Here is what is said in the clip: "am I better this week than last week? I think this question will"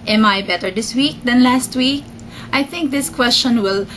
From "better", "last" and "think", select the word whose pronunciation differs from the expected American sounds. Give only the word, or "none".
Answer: think